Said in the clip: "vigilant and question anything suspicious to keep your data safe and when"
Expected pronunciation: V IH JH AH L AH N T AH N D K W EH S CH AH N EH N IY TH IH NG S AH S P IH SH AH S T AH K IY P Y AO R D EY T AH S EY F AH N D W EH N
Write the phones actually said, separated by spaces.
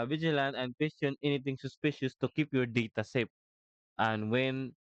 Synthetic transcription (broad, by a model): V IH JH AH L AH N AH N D K W EH S CH AH N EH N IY T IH NG S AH S P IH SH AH S T AH K IY P Y AO R D EY T AH S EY P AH N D W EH N